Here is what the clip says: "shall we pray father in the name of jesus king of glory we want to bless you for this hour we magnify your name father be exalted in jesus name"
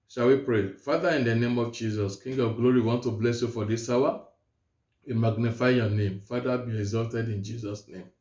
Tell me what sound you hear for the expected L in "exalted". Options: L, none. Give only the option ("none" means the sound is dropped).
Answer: L